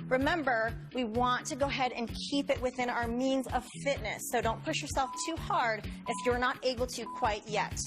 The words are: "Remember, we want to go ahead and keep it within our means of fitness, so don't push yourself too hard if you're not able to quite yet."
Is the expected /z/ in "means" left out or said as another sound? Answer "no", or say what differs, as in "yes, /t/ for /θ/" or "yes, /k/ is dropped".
no